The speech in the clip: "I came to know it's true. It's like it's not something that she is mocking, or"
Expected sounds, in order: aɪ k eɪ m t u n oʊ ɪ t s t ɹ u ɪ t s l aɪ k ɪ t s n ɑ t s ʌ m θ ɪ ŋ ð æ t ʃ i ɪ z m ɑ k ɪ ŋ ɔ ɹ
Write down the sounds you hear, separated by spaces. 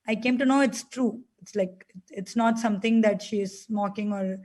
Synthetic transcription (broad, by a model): aɪ k eɪ m t u n oʊ ɪ t s t ɹ u ɪ t s l aɪ k ɪ t s n ɑ t s ʌ m t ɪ ŋ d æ t ʃ i ɪ z m ɑ k ɪ ŋ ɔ ɹ